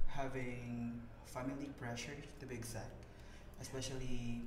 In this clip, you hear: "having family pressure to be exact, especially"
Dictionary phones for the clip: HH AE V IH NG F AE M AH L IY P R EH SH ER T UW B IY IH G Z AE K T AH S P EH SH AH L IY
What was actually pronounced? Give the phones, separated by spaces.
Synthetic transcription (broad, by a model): HH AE V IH NG F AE M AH L IY P R EH SH ER T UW B IY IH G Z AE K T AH S P EH SH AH L IY